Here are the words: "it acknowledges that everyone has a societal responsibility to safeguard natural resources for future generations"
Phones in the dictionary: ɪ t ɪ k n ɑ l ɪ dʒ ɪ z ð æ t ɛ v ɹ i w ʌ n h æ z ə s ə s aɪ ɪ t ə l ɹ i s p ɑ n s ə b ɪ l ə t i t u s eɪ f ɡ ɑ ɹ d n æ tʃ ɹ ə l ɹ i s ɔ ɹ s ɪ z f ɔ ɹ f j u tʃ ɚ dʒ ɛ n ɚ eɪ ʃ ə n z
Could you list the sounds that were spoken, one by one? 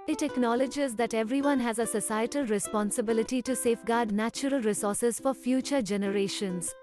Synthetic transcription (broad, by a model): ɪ t ɪ k n ɑ l ɪ dʒ ɪ z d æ t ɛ v ɹ i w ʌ n h æ z ə s ə s aɪ ɪ t ə l ɹ i s p ɑ n s ə b ɪ l ə t i t u s eɪ f ɡ ɑ ɹ d n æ tʃ ɹ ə l ɹ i s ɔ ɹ s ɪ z f ɔ ɹ f j u tʃ ɚ dʒ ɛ n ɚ eɪ ʃ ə n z